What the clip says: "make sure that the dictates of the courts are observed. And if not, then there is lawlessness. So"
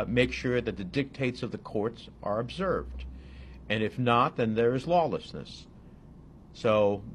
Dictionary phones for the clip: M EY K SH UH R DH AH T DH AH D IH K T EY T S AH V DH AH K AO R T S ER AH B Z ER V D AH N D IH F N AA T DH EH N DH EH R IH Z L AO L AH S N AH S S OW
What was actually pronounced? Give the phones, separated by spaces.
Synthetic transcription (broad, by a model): M EY K SH UH R DH AH T DH AH D IH K T EY T S AH V DH AH K AO R T S ER AH B Z ER V D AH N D IH F N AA T DH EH N DH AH R IH Z L AO L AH S N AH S S OW